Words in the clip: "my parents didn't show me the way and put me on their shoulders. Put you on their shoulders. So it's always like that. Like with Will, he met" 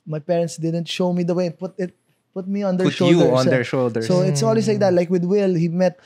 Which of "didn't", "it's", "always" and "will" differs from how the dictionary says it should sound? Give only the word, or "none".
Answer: always